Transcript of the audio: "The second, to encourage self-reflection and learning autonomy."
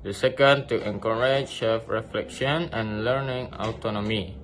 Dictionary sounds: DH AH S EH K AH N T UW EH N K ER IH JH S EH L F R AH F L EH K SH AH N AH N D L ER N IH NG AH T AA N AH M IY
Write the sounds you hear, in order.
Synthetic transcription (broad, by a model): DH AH S EH K AH N T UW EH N K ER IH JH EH F R AH F L EH K SH AH N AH N L ER N IH NG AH T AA N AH M IY